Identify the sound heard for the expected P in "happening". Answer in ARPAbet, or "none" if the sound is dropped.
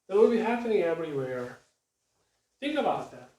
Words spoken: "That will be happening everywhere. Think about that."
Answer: F